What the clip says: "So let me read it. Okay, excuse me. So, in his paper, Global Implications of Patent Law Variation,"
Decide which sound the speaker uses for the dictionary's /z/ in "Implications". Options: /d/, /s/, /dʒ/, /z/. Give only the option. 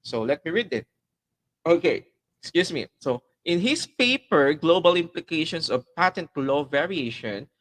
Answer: /s/